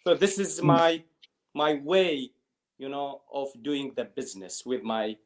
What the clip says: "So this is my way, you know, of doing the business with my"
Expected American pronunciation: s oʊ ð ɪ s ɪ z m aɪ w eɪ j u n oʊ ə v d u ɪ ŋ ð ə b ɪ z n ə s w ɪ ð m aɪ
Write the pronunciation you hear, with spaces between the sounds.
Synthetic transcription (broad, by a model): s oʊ ð ɪ s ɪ z m aɪ w eɪ j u n oʊ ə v d u ɪ ŋ ð ə b ɪ z n ə s w ɪ ð m aɪ